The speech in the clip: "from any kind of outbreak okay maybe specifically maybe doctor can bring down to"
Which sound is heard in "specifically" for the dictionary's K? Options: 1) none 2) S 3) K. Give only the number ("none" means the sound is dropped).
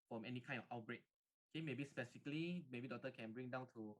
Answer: 1